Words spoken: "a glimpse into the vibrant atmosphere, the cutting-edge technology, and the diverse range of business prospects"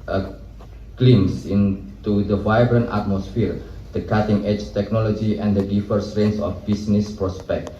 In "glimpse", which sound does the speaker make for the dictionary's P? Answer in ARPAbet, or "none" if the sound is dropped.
none